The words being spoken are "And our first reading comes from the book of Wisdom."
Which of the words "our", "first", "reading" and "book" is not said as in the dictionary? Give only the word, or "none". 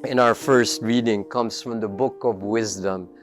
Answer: none